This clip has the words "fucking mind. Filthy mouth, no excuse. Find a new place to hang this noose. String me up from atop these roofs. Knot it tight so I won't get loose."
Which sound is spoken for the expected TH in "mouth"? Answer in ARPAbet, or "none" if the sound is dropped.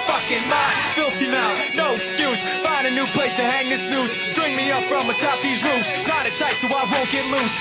T